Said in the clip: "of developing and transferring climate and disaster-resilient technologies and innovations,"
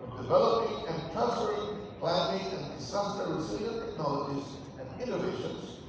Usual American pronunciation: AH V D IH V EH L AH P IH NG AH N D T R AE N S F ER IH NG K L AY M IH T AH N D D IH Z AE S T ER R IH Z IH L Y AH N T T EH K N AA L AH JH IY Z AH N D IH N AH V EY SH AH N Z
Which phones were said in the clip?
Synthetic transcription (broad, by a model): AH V D IH V EH L AH P IH NG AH N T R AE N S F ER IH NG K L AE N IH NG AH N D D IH S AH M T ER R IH S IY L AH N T T EH K N AA L AH JH IY Z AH N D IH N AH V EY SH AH N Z